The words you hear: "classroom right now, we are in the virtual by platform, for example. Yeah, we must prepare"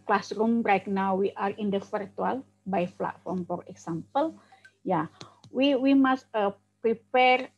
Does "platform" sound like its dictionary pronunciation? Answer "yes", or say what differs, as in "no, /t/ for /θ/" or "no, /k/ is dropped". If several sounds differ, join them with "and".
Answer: no, /f/ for /p/